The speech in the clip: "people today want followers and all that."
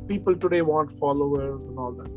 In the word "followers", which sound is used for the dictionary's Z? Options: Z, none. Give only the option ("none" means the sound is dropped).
none